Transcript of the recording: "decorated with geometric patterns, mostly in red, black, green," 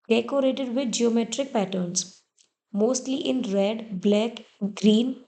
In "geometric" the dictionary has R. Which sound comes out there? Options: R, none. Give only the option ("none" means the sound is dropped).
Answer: R